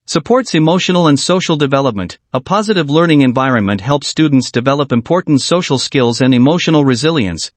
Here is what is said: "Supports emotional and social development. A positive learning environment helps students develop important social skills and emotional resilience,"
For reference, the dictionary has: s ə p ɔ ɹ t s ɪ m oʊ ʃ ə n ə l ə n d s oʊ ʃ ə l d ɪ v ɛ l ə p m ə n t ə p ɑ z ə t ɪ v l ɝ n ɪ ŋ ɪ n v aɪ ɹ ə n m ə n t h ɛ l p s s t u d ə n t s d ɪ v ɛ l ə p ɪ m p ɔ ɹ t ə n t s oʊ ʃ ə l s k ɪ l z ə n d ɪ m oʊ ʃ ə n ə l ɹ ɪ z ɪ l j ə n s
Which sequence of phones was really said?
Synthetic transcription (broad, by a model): s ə p ɔ ɹ t s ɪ m oʊ ʃ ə n l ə n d s oʊ ʃ l d ɪ v ɛ l ə p m ə n t ə p ɑ z ə t ɪ v l ɝ n ɪ ŋ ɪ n v aɪ ɹ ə n m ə n t h ɛ l p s s t u d n t s d ɪ v ɛ l ə p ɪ m p ɔ ɹ t n t s oʊ ʃ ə l s k ɪ l z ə n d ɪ m oʊ ʃ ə n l ɹ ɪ z ɪ l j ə n s